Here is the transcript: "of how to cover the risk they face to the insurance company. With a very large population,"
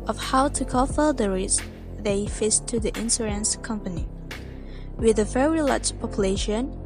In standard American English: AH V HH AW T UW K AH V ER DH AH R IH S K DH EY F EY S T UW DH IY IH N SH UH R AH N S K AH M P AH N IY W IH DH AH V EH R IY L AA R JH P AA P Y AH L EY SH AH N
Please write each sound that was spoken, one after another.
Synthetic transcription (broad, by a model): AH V HH AW T UW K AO F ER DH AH R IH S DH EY F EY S T UW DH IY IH N S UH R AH N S K AH M P AH N IY W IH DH AH V EH R IY L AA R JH P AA P Y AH L EY SH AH N